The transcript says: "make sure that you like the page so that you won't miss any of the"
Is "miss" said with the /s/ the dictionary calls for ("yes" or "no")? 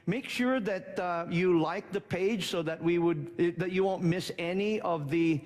yes